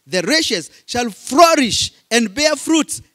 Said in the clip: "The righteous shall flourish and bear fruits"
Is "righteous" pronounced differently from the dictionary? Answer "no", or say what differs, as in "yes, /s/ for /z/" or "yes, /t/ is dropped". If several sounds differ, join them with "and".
yes, /ʃ/ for /tʃ/